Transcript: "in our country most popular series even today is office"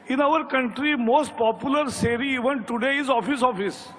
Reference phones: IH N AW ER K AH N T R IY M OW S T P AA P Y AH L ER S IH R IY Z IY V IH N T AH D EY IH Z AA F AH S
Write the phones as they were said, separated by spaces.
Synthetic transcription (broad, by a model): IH N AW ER K AH N T R IY M OW S T P AA P Y AH L ER S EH R IY IY V IH N T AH D EY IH S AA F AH S